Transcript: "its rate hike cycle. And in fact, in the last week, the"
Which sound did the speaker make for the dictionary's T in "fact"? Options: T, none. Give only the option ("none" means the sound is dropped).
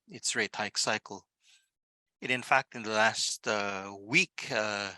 T